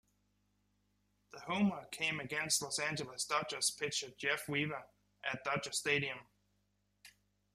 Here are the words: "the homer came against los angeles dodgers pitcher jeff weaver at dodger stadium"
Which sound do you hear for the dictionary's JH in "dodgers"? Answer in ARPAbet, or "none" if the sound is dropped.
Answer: CH